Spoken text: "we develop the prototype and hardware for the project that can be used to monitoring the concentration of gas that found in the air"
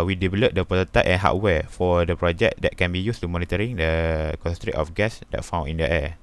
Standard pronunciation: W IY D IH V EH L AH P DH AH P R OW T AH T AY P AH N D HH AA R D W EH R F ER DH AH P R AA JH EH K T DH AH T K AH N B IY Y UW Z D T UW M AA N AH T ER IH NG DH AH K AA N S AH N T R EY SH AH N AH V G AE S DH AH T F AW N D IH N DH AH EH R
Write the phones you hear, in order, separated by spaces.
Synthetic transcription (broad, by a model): W IY D IH V EH L AH P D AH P OW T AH T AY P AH N HH AA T W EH F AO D AH P R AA JH EH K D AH T K AH N B IY Y UW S T UW M AA N AH T ER IH NG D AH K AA S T R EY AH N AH F G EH S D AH T F AW N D IH N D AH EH